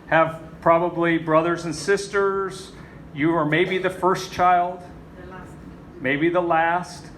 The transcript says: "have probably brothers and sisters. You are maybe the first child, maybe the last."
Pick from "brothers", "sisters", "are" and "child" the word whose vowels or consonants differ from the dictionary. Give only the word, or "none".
none